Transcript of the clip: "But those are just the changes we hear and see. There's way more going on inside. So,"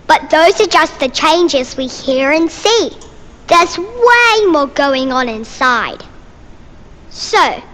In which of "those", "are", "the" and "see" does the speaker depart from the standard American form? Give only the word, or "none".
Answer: none